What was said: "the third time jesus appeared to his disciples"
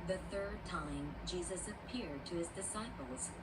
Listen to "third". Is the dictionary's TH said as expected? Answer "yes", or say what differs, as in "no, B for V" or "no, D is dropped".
yes